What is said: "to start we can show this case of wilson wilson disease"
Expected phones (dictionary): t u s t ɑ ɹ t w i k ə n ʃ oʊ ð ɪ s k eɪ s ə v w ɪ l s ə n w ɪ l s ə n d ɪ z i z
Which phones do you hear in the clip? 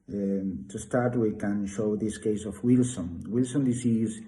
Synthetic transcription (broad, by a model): t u s t ɑ ɹ t w i k ə n ʃ oʊ ð ɪ s k eɪ s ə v w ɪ l s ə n w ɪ l s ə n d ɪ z i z